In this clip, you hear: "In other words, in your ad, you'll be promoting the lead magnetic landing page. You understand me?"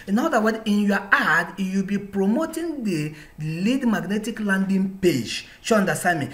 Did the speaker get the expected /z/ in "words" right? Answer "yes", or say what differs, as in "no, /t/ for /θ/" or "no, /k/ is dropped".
no, /z/ is dropped